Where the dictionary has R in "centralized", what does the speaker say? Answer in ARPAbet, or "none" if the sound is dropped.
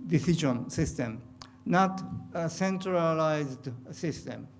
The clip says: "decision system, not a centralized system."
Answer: R